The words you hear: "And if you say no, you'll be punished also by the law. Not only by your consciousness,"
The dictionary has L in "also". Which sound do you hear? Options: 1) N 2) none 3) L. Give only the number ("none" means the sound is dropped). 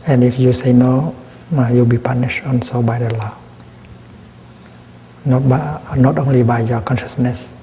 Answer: 1